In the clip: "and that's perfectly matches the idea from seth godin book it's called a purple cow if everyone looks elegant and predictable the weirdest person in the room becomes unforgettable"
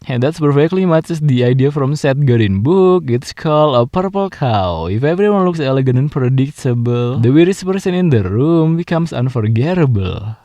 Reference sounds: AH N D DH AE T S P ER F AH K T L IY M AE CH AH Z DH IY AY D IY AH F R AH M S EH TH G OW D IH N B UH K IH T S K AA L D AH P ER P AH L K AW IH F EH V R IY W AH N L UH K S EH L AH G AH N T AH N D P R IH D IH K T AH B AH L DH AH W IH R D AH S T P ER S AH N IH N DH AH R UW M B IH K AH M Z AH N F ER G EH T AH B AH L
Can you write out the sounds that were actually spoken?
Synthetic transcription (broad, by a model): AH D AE T S P ER F AH K T L IY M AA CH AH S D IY AY D IY AH F R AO M S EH T G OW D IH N B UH K IH T S K AA L D AH P ER P AH L K AW IH F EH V R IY W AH N L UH K S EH L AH G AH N AH N P R IH D IH K T AH B AH L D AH W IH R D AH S P ER S AH N IH N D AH R UW M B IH K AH M S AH N F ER G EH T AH B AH L